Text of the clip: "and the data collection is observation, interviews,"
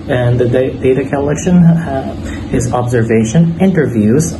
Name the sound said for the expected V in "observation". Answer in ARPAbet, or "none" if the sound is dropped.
V